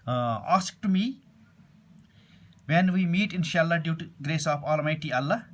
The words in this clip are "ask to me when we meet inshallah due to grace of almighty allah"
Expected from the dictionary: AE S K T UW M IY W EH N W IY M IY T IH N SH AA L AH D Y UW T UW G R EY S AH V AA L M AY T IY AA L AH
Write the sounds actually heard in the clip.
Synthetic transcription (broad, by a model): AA S K T UW M IY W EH N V IY M IY T IH N SH AA L AH D Y UW T UW G R EY S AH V AA L M AY T IY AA L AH